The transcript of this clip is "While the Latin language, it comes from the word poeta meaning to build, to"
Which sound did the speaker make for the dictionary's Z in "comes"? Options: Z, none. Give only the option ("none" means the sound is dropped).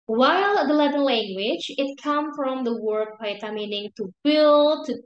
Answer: none